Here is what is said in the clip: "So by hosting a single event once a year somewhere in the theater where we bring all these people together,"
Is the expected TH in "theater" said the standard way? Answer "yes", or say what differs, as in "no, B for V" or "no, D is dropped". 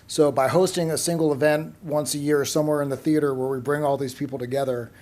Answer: yes